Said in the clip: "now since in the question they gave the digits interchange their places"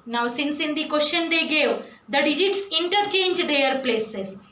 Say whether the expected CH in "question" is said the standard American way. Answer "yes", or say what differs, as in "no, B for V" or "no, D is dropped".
no, SH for CH